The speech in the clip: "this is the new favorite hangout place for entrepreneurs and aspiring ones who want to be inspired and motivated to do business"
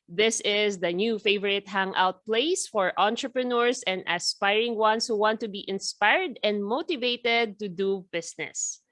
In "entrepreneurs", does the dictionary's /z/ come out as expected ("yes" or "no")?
no